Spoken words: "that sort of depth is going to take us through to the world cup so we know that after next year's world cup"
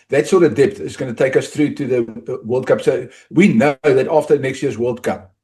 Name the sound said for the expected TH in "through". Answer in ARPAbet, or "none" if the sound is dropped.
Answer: TH